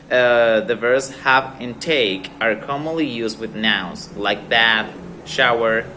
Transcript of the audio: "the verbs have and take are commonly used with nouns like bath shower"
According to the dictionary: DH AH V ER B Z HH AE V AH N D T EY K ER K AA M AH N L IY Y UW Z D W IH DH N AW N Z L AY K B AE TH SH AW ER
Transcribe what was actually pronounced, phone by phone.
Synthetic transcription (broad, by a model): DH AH V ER Z HH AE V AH N T EY K ER K AA M AH N L IY Y UW Z D W IH DH N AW Z L AY K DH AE T SH AW ER